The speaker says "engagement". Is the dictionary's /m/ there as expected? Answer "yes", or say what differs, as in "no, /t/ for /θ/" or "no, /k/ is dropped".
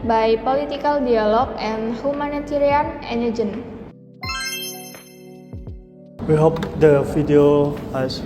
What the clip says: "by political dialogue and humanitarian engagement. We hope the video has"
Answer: no, /m/ is dropped